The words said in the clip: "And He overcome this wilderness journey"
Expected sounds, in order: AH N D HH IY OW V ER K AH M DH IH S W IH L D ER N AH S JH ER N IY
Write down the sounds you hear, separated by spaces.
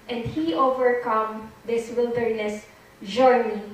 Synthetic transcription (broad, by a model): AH N D HH IY OW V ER K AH M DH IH S W IH L D ER N AH S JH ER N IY